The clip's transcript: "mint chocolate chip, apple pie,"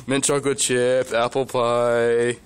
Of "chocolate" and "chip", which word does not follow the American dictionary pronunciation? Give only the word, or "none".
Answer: chocolate